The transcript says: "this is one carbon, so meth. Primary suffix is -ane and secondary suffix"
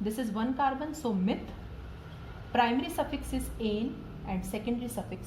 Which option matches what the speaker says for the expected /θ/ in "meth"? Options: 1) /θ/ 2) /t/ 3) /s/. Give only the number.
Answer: 2